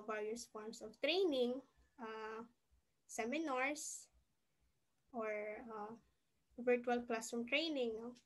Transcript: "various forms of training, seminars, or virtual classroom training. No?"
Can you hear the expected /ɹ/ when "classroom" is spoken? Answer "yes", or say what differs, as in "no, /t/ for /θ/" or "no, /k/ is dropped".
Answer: no, /ɹ/ is dropped